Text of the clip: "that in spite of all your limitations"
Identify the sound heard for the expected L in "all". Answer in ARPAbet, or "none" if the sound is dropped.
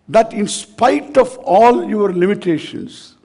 L